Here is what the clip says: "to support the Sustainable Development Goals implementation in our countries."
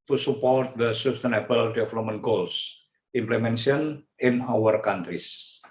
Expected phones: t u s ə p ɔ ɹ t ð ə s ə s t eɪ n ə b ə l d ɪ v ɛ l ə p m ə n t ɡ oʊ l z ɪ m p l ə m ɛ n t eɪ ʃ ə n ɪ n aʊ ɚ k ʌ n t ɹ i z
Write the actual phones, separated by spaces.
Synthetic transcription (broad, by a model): t u s ə p ɔ ɹ t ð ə s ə s t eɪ n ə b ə l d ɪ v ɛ l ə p m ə n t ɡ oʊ l s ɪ m p l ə m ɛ n s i ə n ɪ n aʊ ɚ k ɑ n t ɹ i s